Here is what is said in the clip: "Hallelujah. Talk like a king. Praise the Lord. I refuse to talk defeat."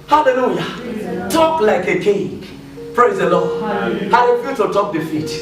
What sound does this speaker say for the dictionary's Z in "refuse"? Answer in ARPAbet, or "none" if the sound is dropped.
none